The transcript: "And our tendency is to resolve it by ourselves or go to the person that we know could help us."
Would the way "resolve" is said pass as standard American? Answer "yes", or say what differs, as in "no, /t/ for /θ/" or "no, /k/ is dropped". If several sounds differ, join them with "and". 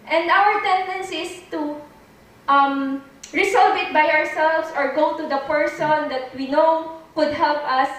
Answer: no, /s/ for /z/